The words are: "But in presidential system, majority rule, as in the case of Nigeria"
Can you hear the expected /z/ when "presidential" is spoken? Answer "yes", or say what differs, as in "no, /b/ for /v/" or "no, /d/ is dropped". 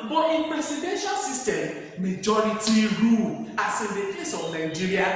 no, /s/ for /z/